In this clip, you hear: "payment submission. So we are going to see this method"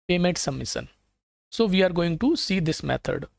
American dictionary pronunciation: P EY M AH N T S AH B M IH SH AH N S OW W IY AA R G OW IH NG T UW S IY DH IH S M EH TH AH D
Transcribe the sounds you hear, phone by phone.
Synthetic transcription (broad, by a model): P EY M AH N T S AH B M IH S AH N S OW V IY AA R G OW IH NG T UW S IY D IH S M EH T AH D